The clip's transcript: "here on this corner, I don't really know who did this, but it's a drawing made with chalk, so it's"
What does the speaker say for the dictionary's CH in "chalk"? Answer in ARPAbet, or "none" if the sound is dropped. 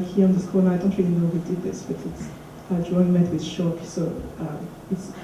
SH